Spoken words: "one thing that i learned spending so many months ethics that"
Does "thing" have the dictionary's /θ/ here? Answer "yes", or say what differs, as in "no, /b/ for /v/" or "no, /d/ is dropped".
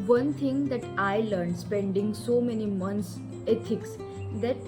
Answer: no, /t/ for /θ/